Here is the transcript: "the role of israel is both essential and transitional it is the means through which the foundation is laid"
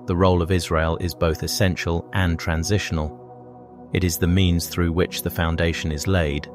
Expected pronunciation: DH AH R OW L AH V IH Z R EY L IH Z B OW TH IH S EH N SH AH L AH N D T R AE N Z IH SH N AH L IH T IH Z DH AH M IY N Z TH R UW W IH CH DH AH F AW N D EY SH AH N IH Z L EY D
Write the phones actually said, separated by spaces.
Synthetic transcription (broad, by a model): DH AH R OW L AH V IH Z R EY L IH Z B OW TH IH S EH N SH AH L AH N T R AE N Z IH SH N AH L IH T IH Z DH AH M IY N Z TH R UW W IH CH DH AH F AW N D EY SH AH N IH Z L EY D